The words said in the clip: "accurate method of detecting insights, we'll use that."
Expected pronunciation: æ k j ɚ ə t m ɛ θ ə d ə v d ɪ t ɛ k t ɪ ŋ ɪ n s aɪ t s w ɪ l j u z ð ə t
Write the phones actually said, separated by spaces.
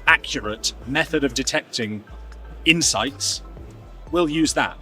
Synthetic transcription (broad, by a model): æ k j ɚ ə t m ɛ θ ə d ə v d ɪ t ɛ k t ɪ ŋ ɪ n s aɪ t s w ɪ l j u z ð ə t